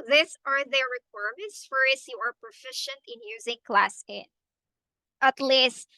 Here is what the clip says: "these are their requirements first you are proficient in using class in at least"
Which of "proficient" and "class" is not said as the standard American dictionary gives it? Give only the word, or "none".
none